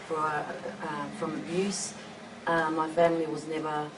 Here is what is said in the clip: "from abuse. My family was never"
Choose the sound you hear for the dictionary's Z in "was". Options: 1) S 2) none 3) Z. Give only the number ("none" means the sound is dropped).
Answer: 3